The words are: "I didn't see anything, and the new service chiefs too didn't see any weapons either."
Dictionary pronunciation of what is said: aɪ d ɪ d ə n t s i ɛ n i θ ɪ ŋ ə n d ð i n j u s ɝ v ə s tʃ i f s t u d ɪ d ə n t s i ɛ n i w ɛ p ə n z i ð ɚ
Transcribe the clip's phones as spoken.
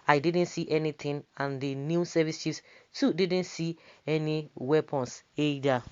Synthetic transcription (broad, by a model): aɪ d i d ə n t s i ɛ n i t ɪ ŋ ə n d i n j u s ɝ v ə s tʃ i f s t u d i d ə n t s i ɛ n i w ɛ p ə n s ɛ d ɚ